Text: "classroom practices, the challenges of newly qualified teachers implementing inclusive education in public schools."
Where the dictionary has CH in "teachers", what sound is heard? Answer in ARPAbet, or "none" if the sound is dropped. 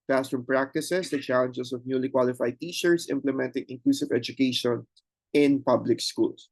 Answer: SH